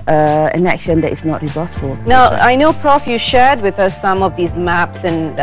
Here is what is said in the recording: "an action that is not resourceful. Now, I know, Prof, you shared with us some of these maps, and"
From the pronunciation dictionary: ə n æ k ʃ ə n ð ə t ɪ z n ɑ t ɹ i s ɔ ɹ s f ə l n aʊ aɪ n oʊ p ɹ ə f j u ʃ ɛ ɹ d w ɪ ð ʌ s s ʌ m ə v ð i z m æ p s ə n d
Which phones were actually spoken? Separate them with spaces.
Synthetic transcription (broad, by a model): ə n æ k ʃ ə n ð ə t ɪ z n ɑ t ɹ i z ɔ s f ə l n aʊ aɪ n oʊ p ɹ ə f j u ʃ ɛ ɹ d w ɪ ð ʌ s s ʌ m ə v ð i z m æ p s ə n